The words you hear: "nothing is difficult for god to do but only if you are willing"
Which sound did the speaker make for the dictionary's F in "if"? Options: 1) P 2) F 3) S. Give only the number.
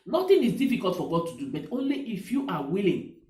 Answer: 2